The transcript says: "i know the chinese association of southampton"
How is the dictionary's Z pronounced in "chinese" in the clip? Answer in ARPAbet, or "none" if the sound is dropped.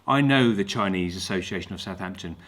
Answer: Z